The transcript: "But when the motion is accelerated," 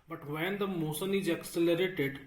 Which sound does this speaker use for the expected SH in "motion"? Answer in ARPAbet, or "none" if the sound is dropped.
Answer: S